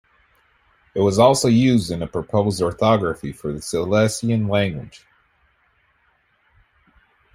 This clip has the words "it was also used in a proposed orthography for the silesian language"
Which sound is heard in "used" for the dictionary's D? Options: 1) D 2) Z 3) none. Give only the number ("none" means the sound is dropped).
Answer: 1